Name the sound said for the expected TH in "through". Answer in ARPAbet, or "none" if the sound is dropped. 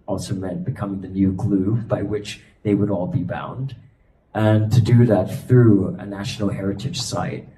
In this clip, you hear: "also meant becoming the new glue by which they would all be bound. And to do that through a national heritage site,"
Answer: TH